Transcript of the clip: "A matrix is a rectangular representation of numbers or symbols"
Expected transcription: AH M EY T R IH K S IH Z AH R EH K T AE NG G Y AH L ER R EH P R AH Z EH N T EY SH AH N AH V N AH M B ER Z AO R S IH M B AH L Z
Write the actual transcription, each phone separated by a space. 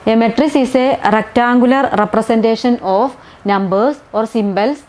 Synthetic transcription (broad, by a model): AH M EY T R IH S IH S AH R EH K T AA NG G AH L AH R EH P R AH S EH N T EY SH AH N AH F N AH M B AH S AO R S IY M B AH L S